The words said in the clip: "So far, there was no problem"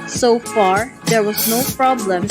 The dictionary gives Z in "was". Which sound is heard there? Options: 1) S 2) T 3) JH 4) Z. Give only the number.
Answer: 4